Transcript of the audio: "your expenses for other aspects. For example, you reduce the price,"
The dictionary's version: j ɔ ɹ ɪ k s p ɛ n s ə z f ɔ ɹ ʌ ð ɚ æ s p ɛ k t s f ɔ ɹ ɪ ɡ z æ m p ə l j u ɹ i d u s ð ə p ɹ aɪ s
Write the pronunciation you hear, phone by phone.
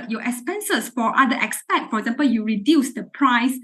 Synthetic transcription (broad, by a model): j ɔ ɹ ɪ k s p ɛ n s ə s f ɔ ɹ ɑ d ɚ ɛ s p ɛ t f ɔ ɹ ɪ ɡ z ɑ m p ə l j u ɹ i d u s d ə p ɹ aɪ s